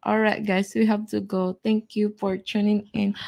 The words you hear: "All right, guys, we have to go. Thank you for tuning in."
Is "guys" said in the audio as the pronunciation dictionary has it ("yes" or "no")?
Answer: no